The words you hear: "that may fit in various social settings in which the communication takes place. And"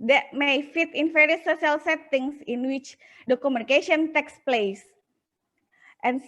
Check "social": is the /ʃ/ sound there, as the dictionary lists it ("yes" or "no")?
no